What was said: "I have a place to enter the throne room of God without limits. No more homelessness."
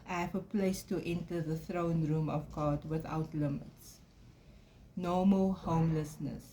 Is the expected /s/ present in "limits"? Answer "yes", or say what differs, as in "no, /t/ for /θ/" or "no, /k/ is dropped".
yes